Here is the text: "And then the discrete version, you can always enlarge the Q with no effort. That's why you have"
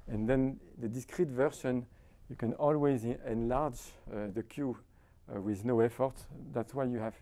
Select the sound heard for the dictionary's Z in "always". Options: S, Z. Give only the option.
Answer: Z